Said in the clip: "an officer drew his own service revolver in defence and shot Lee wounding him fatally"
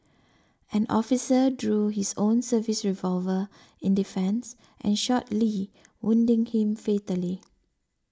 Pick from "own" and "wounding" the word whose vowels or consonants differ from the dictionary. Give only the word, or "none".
none